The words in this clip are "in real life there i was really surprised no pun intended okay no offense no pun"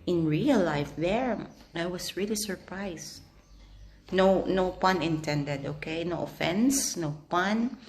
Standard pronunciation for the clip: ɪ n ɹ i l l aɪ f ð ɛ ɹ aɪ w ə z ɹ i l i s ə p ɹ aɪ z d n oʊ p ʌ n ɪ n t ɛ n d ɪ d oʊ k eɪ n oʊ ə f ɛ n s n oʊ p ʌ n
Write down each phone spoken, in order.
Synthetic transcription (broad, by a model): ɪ n ɹ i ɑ l aɪ f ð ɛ ɹ aɪ w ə s ɹ i l i s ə p ɹ aɪ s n n oʊ p ʌ n ɪ n t ɛ n d ɪ d oʊ k eɪ n oʊ ə f ɛ n s n oʊ p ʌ n